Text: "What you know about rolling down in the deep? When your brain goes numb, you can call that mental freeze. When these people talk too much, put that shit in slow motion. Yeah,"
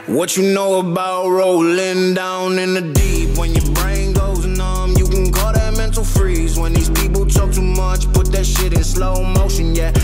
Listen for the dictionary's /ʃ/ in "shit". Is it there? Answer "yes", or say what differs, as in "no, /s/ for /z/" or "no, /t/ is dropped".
yes